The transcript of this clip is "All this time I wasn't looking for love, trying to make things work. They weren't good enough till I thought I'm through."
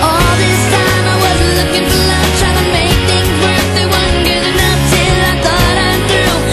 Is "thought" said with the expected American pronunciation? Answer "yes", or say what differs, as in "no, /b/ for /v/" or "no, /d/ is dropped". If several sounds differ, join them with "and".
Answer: yes